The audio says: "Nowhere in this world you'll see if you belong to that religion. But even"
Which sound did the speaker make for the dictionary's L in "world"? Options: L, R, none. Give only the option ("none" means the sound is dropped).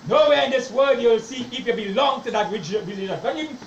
none